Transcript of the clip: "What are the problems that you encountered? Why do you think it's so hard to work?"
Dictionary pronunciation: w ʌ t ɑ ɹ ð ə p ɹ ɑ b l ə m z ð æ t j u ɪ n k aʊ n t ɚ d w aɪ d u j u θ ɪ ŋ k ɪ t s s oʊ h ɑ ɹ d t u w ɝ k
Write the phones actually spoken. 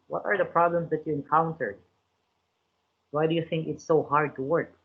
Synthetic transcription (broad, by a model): w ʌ t ɑ ɹ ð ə p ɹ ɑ b l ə m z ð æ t j u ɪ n k aʊ n t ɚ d w aɪ d u j u θ ɪ ŋ k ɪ t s s oʊ h ɑ ɹ d t u w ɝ k